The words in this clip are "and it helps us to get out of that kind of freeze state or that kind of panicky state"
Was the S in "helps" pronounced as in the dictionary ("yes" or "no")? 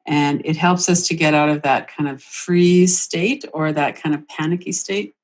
yes